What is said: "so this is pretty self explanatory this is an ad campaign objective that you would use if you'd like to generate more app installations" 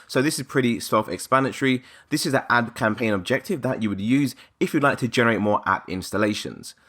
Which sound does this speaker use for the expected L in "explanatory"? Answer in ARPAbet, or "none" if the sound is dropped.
none